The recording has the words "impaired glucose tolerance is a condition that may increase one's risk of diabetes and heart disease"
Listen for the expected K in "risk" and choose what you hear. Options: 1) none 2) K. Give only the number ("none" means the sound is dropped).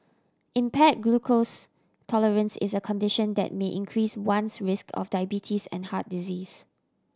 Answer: 2